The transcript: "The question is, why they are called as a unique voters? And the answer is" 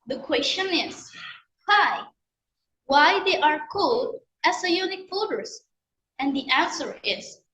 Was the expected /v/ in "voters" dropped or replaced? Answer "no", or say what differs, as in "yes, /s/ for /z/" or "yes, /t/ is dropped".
yes, /f/ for /v/